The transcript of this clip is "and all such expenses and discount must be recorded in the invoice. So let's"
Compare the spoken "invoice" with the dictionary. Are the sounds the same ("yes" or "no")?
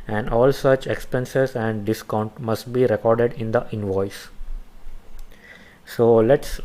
yes